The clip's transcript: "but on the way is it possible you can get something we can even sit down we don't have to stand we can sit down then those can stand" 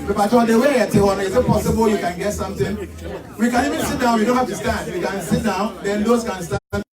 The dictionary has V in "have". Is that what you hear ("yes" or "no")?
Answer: no